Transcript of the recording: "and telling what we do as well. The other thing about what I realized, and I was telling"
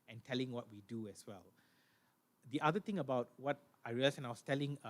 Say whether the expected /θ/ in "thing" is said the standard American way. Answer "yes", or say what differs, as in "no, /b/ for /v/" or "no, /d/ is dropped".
no, /t/ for /θ/